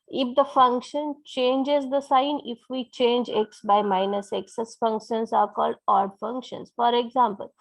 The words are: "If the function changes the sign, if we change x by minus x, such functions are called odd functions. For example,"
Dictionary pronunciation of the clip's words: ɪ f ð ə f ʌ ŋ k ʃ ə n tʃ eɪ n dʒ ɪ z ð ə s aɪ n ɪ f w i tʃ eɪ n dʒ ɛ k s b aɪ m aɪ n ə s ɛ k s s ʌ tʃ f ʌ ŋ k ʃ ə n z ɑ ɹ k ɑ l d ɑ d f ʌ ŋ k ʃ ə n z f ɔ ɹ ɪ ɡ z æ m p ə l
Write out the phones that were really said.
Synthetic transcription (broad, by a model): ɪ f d ə f ʌ ŋ k ʃ ə n tʃ eɪ n dʒ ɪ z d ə s aɪ n ɪ f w i tʃ eɪ n dʒ ɛ k s b aɪ m aɪ n ə s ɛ k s s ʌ s f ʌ ŋ k ʃ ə n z ɑ ɹ k ɑ l d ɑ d f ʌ ŋ k ʃ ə n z f ɔ ɹ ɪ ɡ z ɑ m p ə l